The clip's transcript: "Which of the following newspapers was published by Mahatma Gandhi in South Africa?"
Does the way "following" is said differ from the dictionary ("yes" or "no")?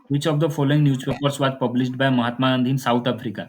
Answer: no